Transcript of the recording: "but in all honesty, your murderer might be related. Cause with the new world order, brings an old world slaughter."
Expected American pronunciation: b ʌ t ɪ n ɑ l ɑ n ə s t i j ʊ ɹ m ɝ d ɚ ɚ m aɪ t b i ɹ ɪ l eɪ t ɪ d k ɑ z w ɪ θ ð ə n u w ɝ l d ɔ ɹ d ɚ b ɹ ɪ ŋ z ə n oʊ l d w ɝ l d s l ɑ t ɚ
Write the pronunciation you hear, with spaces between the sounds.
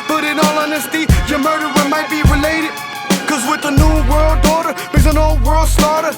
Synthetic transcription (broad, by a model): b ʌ t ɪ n ɑ l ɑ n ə s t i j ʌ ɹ m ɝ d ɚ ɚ m aɪ t b i ɹ ɪ l eɪ t ɪ d k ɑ z w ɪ ð ə n u w ɝ l d ɔ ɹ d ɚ ɹ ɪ z ə n oʊ l d w ɝ l d s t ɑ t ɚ